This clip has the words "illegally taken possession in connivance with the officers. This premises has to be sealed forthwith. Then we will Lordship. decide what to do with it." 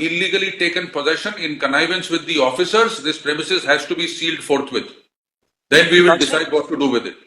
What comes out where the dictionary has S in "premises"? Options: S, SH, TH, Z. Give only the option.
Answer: S